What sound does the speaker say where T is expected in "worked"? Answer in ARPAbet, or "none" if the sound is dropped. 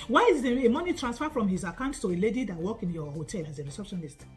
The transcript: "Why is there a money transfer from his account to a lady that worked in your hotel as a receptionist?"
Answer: none